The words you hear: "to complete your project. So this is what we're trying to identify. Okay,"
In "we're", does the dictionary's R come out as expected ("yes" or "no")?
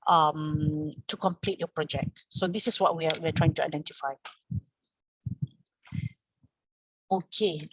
no